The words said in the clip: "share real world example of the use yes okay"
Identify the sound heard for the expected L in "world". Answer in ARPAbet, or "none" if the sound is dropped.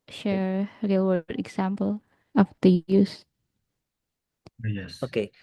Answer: none